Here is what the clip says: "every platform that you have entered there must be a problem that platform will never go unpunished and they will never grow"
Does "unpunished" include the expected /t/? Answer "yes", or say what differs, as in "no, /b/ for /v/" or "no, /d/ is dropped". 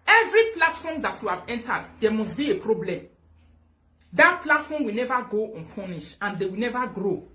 no, /t/ is dropped